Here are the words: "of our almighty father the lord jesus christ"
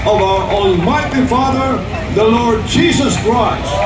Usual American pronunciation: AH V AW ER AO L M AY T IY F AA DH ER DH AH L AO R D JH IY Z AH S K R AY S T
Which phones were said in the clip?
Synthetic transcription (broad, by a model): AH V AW ER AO N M AY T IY F AA DH ER DH AH L AO R D JH IY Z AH S K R AY S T